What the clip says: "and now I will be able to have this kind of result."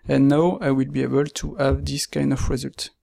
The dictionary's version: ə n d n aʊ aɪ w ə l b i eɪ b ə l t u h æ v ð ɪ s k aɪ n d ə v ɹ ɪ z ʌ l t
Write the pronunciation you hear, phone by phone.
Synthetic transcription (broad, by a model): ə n n aʊ aɪ w ə l b i eɪ b ə l t u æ v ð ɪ s k aɪ n d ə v ɹ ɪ z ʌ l t